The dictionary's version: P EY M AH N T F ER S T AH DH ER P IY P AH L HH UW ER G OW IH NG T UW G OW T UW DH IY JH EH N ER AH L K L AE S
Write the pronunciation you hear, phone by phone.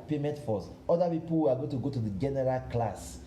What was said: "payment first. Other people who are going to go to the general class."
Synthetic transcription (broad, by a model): P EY M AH N T F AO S AO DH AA P IY P AH L HH UW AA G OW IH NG T UW G OW T UW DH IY JH EH N ER AH L K L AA S